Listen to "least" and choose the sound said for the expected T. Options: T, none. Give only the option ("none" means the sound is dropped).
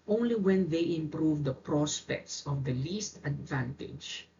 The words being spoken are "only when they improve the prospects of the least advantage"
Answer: T